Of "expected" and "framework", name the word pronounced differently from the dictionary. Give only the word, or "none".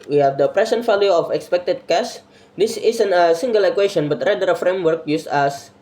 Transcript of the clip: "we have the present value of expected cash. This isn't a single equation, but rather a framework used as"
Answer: none